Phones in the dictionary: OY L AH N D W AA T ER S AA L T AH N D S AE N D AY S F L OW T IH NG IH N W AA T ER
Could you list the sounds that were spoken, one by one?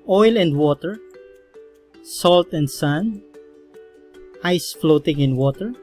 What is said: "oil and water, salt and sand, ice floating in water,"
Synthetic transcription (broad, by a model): OY L AH N D W AA T ER S AA L T AH N D S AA N AY S F L OW T IH NG IH N W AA T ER